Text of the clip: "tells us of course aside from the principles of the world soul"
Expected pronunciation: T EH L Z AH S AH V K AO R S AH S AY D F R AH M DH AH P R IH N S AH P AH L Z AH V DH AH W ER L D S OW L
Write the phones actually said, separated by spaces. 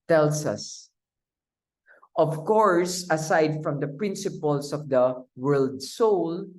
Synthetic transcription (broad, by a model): T EH L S AH S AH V K AO R S AH S AY D F R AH M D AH P R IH N S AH P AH L S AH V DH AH W ER L D S OW L